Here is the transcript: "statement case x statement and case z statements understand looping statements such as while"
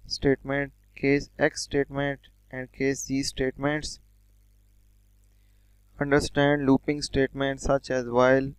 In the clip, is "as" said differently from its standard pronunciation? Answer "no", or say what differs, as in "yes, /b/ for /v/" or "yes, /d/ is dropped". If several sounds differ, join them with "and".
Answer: no